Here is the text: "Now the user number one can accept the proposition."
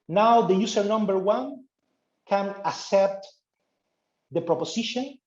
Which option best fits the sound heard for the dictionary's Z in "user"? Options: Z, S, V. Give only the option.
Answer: S